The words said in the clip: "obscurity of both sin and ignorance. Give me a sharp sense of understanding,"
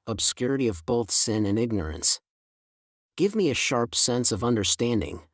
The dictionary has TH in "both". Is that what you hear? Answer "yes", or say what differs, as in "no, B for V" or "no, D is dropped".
yes